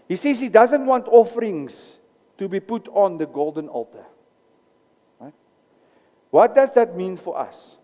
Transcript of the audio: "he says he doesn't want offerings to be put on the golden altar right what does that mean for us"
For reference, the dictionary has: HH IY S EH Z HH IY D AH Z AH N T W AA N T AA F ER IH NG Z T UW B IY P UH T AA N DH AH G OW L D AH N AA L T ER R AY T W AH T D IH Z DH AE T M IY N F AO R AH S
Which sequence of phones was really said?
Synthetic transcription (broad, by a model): HH IY S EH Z HH IY D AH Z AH N T W AA N T AA F ER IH NG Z T UW B IY P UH T AA N DH AH G OW L D AH N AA L T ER R AY T W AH T D IH Z DH AE T M IY N F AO R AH S